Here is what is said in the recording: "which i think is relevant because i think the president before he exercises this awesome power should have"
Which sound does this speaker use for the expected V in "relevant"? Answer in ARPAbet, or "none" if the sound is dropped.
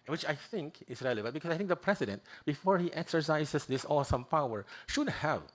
B